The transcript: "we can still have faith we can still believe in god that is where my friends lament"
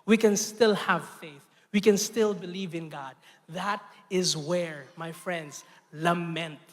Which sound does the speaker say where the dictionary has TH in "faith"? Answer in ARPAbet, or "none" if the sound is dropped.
TH